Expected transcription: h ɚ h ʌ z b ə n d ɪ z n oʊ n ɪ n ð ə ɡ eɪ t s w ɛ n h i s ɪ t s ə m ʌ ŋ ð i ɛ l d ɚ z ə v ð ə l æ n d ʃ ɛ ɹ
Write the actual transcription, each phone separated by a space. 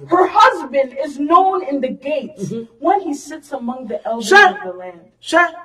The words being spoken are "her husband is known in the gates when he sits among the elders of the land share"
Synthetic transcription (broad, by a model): h ɚ h ʌ z b ə n d ɪ z n oʊ n ɪ n ð ə ɡ eɪ t s w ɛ n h i s ɪ t s ə m ʌ ŋ ð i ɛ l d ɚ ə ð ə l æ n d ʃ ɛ